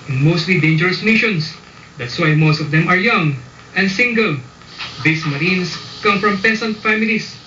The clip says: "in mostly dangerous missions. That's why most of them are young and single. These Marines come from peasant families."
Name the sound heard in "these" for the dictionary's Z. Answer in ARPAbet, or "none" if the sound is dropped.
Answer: S